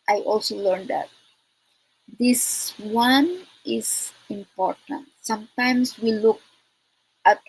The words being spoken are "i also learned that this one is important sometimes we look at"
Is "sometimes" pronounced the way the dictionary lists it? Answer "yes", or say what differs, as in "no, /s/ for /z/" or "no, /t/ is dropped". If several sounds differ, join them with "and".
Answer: no, /s/ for /z/